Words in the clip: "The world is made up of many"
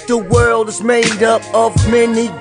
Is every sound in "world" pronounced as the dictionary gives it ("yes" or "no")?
yes